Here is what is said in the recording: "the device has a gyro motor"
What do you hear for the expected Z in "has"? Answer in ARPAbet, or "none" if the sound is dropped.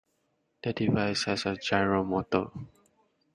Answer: S